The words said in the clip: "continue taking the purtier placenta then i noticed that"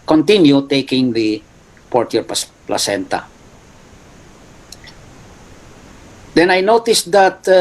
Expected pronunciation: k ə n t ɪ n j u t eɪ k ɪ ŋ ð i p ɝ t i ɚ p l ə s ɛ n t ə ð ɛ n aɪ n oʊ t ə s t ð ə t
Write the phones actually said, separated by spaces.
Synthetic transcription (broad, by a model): k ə n t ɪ n j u t eɪ k ɪ ŋ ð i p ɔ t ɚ p l ə s ɛ n t ə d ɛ n aɪ n oʊ t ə s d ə t